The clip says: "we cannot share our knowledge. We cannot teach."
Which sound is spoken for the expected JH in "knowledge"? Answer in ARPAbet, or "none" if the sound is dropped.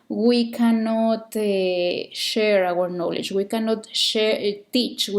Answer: CH